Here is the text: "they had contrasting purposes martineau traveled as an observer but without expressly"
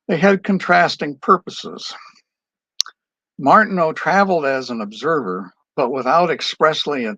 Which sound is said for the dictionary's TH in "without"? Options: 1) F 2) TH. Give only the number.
2